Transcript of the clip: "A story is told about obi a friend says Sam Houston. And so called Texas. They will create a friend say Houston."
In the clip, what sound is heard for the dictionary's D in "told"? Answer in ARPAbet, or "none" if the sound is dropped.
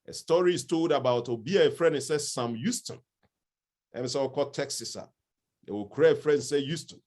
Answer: D